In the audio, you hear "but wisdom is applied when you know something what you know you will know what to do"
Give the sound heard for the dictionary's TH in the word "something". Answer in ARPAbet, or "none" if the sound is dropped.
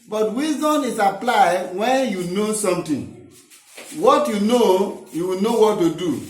T